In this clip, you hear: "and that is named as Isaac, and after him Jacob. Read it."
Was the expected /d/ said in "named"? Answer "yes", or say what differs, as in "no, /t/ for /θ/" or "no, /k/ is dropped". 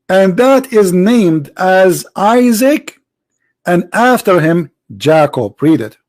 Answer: yes